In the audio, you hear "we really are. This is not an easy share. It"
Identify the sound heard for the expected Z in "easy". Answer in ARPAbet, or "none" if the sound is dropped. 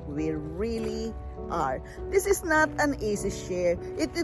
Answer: S